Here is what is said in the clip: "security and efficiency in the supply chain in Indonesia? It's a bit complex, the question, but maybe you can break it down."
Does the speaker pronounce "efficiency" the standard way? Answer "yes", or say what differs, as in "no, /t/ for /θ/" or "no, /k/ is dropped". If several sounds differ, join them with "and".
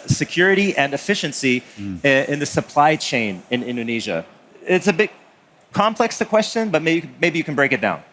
yes